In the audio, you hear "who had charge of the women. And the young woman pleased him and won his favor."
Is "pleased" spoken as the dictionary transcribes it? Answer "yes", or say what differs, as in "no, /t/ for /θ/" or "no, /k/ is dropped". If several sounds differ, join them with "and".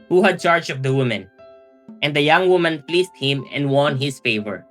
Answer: no, /s/ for /z/